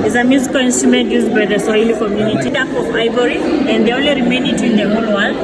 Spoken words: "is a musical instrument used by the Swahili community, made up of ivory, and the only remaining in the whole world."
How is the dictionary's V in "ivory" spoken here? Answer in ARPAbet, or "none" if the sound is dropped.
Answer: B